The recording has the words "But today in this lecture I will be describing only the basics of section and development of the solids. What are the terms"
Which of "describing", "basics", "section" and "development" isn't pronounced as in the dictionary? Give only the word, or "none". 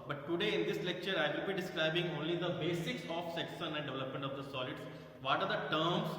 section